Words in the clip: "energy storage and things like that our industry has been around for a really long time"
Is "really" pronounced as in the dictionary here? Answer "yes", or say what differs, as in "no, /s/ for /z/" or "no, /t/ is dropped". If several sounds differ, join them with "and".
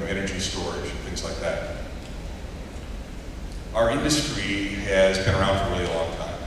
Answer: no, /l/ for /ɹ/ and /l/ is dropped